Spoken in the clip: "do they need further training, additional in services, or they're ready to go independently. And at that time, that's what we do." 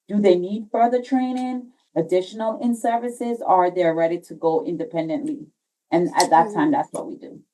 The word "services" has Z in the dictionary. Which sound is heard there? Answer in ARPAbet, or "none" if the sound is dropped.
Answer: Z